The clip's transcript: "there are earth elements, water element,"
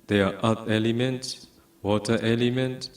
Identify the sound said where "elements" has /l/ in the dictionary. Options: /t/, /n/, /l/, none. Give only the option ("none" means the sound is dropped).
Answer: /l/